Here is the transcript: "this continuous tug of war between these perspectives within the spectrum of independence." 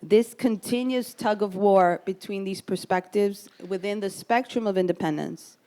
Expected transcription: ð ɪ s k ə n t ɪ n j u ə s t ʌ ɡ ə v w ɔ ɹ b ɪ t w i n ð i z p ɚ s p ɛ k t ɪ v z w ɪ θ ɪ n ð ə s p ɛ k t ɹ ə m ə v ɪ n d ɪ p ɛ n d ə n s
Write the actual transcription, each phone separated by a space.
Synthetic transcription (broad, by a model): ð ɪ s k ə n t ɪ n j u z t ʌ ɡ ə v w ɔ ɹ b ɪ t w i n ð i z p ɚ s p ɛ k t ɪ v z w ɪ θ ɪ n ð ə s p ɛ k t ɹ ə m ə v ɪ n d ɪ p ɛ n d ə n s